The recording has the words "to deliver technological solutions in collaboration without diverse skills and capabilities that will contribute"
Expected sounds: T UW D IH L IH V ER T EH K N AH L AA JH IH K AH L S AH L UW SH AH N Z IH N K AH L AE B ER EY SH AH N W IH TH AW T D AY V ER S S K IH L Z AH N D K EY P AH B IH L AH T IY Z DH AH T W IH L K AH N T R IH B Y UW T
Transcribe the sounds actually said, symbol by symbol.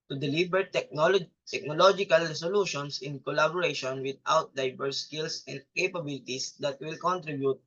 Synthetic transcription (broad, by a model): T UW D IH L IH B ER T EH K N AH L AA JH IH K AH L S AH L UW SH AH N S IH N K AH L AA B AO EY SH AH N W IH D AW T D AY B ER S S K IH L S AH N D K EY P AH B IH L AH T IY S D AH T W IH L K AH N T R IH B Y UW T